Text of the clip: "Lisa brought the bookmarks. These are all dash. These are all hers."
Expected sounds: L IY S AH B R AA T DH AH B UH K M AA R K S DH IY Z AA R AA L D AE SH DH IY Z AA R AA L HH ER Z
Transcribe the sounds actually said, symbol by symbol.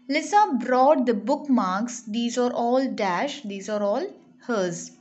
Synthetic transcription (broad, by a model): L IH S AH B R AA T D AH B UH K M AA R K S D IY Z AA R AA L D AE SH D IY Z AA R AA L HH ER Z